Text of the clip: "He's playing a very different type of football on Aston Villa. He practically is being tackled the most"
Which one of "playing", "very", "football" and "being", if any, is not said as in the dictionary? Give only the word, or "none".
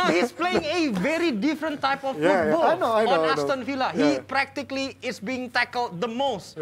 football